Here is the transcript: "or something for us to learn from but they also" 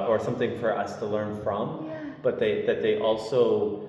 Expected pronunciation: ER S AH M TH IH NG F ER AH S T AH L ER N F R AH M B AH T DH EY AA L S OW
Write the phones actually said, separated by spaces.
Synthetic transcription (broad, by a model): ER S AH M TH IH NG F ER AH S T AH L ER N F R AH M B AH T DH EY AA L S OW